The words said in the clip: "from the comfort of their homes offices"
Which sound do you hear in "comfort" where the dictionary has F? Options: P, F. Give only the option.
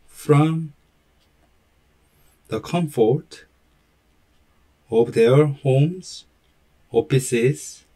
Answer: F